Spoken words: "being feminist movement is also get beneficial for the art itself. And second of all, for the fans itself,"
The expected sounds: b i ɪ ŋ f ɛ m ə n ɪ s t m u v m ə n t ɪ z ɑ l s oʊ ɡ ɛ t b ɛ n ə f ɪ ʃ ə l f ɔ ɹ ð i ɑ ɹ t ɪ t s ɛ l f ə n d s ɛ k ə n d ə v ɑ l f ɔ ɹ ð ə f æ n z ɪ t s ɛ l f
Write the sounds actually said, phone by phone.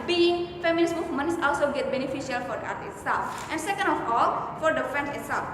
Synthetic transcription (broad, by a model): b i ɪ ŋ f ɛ m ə l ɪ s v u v m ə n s ɑ l s oʊ ɡ ɛ t b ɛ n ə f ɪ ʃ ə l f ɔ ɹ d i ɑ ɹ t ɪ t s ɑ f ə n d s ɛ k ə n d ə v ɑ l f ɔ ɹ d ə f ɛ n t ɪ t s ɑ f